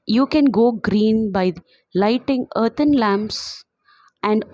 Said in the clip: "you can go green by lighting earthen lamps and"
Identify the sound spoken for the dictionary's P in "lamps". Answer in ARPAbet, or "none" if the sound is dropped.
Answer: P